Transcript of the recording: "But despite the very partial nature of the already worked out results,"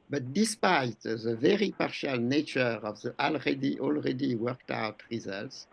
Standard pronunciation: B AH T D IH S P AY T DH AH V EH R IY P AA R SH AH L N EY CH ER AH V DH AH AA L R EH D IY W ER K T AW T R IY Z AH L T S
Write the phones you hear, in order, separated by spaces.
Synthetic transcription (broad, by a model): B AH T D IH S P AY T DH AH V EH R IY P AA R SH AH L N EY CH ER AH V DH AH AA L R EH D IY W ER K T AW T R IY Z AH L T S